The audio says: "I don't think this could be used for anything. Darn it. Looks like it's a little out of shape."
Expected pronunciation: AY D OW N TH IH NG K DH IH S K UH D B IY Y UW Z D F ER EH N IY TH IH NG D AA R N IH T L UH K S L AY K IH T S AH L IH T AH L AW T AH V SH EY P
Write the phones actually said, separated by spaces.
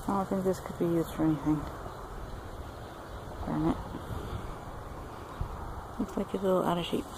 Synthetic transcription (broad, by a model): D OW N TH IH NG K DH IH S K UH D B IY Y UW Z D F ER EH N IY TH IH NG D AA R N IH T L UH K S L AY K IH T AH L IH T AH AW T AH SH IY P